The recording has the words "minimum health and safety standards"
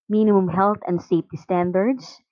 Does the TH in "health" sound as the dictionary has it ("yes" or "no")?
no